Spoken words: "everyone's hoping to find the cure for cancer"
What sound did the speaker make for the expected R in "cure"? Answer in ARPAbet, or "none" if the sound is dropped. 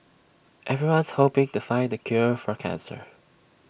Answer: R